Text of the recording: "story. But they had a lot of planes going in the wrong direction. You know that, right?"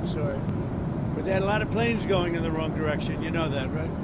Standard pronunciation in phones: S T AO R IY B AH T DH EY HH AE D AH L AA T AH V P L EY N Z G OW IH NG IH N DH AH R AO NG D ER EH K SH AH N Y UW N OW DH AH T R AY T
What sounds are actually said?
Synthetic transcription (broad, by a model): S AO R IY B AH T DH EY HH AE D AH L AA T AH V P L EY N Z G OW IH NG IH N DH AH R AO NG D ER EH K SH AH N Y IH N OW DH AH T R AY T